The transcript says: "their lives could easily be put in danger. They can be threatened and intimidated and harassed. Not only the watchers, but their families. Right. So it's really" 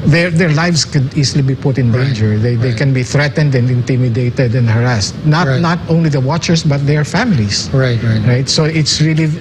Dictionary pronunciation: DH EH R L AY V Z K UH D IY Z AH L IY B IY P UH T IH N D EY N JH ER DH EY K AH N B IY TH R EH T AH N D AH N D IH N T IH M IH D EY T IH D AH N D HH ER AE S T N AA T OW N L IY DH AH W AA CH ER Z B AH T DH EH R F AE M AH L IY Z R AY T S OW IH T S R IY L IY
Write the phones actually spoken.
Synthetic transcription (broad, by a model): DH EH R L AY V S K UH D IY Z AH L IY B IY P UH T IH N D EY N JH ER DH EY K AH N B IY TH R EH T AH N D AH N D IH N T IH M IH D EY T IH D AH N D HH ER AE S T N AA T OW N L IY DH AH W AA CH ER S B AH T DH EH R F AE M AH L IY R R AY T S OW IH T S R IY L IY